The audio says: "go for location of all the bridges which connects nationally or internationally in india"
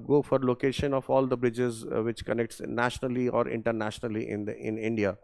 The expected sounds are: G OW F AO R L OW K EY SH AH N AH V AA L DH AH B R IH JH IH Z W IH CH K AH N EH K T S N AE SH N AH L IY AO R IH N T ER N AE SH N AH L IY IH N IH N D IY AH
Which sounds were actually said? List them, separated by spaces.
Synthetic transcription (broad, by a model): G OW F AO R L OW K EY SH AH N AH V AA L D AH B R IH JH IH Z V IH CH K AH N EH K T S N AE SH N AH L IY AO R IH N T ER N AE SH N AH L IY IH N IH N D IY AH